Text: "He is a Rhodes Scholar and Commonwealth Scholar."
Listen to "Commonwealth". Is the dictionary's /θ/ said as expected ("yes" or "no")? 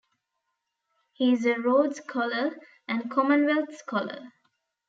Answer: no